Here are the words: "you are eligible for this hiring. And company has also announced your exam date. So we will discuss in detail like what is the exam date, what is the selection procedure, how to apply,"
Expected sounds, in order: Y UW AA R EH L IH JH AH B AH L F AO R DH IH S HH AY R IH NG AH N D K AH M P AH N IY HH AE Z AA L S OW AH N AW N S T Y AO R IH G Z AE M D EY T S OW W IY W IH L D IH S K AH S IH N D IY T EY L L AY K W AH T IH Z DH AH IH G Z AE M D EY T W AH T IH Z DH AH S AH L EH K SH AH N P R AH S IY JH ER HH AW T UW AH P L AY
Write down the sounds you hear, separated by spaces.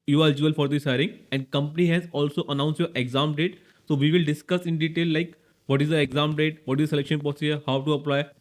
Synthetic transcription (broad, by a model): Y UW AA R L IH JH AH AH L F AO R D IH S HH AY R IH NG AH N D K AH M P AH N IY HH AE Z AA L S OW AH N AW N S T Y AO R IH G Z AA M D EY T S OW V IY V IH L D IH S K AH S IH N D IY T EY L L AY K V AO T IH Z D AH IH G Z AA M D EY T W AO T IH Z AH S AH L EH K SH AH N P AH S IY ER HH AW T UW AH P L AY